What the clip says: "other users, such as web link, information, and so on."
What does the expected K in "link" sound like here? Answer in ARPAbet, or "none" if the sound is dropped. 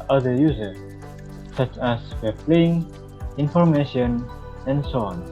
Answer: none